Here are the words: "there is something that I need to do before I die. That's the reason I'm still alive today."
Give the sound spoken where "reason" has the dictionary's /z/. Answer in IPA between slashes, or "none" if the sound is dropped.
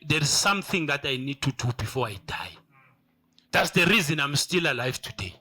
/z/